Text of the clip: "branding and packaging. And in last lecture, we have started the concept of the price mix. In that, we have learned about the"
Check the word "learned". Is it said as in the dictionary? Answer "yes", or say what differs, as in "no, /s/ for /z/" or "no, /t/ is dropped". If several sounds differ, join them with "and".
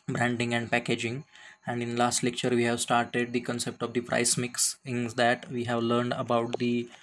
yes